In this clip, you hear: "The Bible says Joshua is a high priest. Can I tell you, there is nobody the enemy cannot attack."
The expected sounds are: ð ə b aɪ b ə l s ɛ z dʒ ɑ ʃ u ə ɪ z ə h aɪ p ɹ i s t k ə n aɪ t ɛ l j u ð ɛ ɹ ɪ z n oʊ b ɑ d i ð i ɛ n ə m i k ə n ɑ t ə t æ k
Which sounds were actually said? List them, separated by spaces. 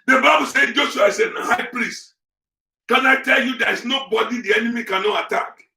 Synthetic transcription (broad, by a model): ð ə b aɪ b ə l s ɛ dʒ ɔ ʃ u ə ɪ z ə h aɪ p ɹ i s t k ə n aɪ t ɛ l j u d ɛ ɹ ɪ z n oʊ b ɑ d i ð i ɛ n ə m i k ə n ɑ t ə t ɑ k